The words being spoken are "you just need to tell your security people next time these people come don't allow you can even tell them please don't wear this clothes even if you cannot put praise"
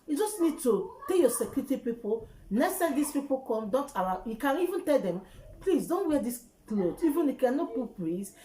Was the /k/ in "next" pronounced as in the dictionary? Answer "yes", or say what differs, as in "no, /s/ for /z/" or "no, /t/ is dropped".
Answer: no, /k/ is dropped